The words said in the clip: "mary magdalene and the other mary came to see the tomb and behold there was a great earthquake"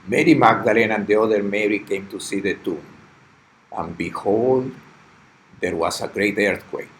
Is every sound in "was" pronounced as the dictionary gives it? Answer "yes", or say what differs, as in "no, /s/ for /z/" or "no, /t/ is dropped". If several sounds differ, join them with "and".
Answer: no, /s/ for /z/